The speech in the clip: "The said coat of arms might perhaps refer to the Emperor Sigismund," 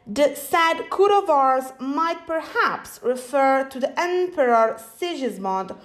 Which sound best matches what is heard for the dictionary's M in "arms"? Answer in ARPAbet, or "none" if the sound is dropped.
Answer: none